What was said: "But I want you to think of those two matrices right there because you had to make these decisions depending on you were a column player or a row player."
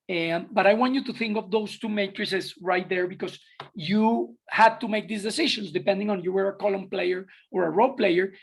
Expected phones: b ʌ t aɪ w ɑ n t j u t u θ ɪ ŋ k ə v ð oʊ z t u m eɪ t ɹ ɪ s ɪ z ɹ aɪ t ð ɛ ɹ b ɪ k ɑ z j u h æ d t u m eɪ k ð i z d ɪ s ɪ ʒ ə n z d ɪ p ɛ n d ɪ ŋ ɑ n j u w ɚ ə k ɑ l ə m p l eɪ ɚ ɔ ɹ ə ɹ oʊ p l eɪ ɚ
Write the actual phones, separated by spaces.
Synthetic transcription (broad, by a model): b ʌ t aɪ w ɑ n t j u t u θ ɪ ŋ k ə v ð oʊ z t u m eɪ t ɹ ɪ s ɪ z ɹ aɪ t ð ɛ ɹ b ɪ k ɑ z j u h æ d t u m eɪ k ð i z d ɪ s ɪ ʃ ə n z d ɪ p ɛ n d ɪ ŋ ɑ n j u w ɚ ə k ɑ l ə m p l eɪ ɚ ɔ ɹ ə ɹ oʊ p l eɪ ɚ